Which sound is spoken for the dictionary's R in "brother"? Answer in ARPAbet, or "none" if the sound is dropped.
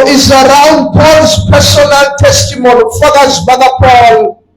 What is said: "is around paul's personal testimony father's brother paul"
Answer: none